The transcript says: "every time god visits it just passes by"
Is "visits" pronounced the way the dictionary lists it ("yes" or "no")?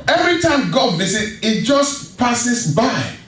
no